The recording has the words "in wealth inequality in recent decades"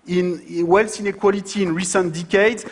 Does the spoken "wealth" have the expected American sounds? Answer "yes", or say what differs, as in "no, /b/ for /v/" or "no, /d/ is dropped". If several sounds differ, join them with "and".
no, /s/ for /θ/